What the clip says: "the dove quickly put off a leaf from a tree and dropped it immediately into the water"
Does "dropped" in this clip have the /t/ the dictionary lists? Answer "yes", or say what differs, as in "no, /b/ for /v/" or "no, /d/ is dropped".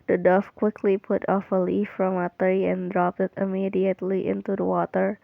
yes